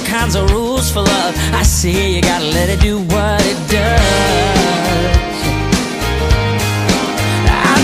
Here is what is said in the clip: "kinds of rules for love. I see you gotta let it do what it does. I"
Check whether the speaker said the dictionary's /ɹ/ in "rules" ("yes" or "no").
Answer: yes